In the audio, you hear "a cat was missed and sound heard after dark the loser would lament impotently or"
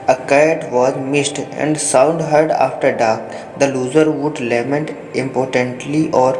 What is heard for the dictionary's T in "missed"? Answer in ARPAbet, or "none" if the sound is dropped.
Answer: T